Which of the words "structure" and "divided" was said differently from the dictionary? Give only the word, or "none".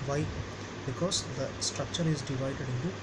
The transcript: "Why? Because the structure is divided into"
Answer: none